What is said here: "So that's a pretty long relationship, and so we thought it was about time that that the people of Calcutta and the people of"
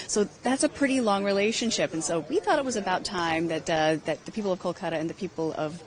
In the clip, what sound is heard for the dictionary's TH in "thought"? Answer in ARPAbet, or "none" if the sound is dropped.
TH